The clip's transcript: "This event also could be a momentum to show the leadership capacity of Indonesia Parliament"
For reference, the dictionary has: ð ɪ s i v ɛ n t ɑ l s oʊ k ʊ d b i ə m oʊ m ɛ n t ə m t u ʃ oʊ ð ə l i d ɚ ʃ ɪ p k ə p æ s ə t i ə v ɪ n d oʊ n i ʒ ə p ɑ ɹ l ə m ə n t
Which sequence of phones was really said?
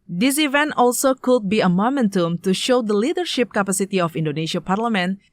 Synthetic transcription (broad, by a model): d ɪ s i v ɛ n t ɑ l s oʊ k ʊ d b i ə m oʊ m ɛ n t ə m t u ʃ oʊ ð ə l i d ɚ ʃ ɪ p k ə p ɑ s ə t i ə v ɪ n d oʊ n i ʃ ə p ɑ ɹ l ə m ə n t